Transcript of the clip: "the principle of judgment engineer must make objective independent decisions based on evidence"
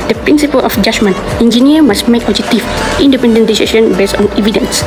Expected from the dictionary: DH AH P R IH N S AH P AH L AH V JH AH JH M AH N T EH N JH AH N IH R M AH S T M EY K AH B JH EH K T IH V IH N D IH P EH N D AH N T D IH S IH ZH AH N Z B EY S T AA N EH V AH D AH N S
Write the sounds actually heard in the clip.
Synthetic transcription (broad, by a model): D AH P R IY N S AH P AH L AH F JH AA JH M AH N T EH N JH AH N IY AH M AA S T M EY K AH JH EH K T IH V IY N D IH P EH N D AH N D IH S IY SH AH N B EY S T AA N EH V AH D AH N S